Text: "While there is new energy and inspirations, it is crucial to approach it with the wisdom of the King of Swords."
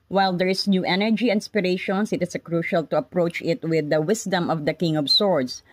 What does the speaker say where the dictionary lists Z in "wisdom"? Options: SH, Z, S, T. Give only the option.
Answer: S